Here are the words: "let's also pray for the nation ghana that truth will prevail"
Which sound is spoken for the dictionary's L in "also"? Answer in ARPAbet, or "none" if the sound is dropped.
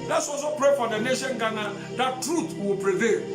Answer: none